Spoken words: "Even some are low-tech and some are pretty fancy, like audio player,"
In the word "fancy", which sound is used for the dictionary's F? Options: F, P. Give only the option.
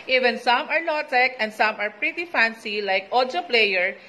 F